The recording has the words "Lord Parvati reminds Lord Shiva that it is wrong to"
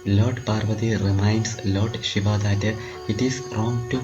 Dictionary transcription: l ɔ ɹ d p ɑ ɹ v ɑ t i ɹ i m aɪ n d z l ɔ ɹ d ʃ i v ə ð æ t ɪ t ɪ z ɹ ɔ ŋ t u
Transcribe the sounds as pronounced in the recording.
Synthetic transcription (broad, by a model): l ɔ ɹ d p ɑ ɹ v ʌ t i ɹ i m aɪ n d s l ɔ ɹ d ʃ i v ə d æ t ɪ t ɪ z ɹ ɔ ŋ t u